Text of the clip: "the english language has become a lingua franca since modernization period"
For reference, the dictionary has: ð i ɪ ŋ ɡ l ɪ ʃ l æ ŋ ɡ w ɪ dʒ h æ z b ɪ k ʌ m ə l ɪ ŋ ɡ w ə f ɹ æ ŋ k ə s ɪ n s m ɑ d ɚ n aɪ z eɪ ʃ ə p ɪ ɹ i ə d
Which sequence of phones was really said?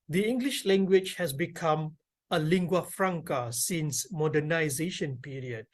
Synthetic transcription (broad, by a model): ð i ɪ ŋ ɡ l ɪ ʃ l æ ŋ ɡ w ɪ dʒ h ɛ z b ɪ k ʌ m ə l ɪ ŋ ɡ w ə f ɹ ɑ ŋ k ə s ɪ n s m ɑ d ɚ n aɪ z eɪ ʃ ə p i ɹ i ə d